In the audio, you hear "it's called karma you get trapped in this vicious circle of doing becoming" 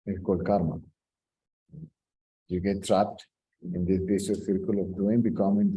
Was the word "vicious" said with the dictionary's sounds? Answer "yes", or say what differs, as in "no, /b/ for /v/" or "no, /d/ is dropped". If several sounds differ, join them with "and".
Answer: no, /b/ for /v/ and /s/ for /ʃ/